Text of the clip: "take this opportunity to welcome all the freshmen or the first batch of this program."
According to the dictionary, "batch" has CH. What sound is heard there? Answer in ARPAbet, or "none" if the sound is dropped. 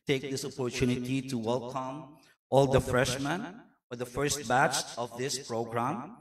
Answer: CH